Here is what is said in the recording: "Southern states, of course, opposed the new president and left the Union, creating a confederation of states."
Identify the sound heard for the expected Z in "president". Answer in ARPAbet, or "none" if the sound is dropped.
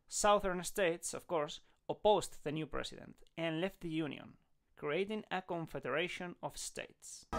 S